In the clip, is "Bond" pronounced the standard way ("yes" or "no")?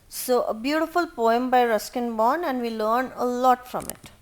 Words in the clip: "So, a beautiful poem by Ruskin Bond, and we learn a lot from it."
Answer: no